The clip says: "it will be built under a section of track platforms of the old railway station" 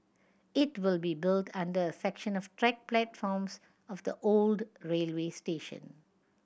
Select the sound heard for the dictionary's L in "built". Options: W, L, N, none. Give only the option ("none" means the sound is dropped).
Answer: L